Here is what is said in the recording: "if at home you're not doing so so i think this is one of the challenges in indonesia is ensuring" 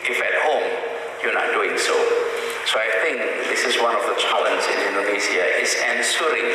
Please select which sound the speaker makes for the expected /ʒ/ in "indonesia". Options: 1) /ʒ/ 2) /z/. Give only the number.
2